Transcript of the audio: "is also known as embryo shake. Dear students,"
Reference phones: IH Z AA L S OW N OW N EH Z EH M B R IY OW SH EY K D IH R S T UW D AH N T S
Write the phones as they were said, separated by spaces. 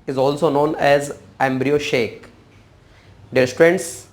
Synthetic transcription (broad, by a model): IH Z AA L S OW N OW N EH Z EH M B R IY OW SH EY K D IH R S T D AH N T S